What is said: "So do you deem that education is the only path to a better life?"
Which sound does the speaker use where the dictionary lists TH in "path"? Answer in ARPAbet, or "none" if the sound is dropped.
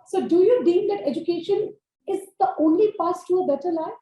S